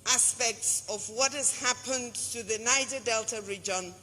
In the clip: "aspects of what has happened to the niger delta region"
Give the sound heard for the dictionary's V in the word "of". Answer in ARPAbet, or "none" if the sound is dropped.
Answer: V